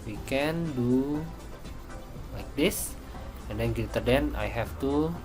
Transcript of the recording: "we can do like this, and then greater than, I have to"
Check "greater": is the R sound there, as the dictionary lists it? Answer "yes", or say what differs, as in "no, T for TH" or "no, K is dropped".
no, R is dropped